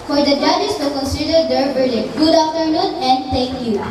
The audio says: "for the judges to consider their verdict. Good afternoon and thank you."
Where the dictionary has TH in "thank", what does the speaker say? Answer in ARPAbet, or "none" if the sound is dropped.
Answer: T